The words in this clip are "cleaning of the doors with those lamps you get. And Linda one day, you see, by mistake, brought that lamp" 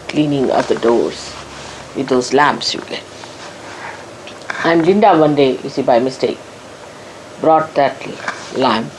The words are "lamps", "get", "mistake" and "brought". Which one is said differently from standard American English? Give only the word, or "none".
get